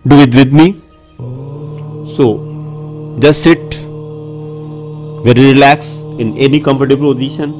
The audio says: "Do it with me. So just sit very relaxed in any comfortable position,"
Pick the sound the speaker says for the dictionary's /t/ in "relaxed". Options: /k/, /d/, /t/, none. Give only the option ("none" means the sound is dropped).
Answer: none